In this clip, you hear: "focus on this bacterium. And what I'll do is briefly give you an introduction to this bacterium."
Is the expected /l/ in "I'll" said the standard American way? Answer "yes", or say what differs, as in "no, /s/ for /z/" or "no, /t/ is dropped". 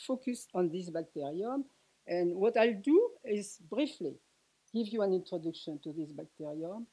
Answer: yes